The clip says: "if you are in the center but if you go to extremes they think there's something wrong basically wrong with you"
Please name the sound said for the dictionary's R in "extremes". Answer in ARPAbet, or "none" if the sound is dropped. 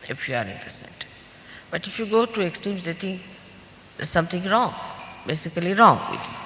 none